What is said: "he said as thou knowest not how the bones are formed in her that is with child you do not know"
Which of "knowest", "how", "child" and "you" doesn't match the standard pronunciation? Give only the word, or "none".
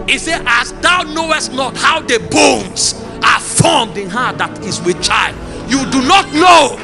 none